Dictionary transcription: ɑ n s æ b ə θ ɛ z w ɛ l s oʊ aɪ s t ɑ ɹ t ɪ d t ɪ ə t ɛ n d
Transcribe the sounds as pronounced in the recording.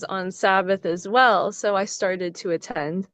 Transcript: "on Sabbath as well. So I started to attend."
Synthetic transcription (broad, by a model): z n s æ b ə θ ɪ z w ɛ l s oʊ aɪ s t ɑ ɹ t ɪ d t ɪ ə t ɛ n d